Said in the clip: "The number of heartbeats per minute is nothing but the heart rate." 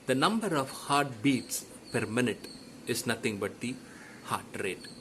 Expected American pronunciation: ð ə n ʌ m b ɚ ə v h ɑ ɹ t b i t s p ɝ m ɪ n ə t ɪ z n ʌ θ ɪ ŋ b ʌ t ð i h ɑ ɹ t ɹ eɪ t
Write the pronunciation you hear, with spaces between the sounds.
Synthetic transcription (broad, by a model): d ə n ʌ m b ɚ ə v h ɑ ɹ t b i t s p ɝ m ɪ n ə t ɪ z n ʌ t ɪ ŋ b ʌ t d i h ɑ ɹ t ɹ eɪ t